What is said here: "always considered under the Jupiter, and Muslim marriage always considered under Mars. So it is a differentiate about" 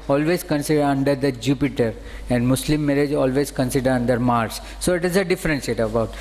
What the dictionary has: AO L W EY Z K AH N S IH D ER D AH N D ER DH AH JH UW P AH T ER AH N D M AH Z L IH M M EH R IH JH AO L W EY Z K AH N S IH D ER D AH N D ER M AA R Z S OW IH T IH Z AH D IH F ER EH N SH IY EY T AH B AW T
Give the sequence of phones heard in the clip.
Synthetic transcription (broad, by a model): AO L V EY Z K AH N S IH D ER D AH N D ER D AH JH UW P AH T ER AH N D M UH S L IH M M EH R IH JH AO L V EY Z K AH N S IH D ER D AH N D ER M AA R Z S OW IH T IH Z AH D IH F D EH N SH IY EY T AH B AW T